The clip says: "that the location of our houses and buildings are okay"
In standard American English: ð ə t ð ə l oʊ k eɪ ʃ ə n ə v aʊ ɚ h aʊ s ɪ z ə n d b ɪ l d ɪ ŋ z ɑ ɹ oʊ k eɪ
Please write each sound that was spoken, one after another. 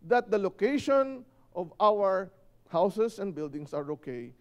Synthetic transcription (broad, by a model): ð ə t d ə l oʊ k eɪ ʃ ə n ə v aʊ ɚ h aʊ s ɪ s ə n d b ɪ l d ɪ ŋ s ɑ ɹ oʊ k eɪ